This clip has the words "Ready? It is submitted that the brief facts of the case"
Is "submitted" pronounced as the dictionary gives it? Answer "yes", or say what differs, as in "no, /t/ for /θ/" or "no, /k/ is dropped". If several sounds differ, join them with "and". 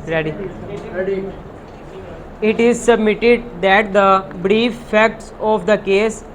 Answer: yes